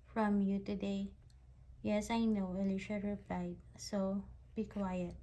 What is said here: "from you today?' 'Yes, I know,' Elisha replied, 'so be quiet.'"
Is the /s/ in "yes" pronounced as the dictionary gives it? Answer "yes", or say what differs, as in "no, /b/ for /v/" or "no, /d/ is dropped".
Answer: yes